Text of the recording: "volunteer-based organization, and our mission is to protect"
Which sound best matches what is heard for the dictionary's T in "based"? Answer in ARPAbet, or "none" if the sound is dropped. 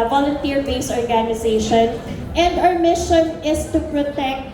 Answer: none